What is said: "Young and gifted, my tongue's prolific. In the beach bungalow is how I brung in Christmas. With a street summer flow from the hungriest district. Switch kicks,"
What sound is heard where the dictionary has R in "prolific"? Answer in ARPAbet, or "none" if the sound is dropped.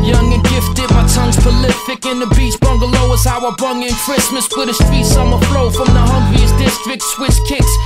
none